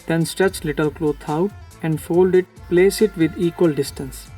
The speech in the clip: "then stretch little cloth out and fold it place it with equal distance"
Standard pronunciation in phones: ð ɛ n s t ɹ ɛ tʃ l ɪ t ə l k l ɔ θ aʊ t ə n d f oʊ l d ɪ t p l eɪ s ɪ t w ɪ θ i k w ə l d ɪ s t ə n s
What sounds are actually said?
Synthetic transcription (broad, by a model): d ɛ n s t ɹ ɛ tʃ l ɪ t ə l k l ɔ t aʊ t ə n d f oʊ l d ɪ t p l eɪ s ɪ t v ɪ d i k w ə l d ɪ s t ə n s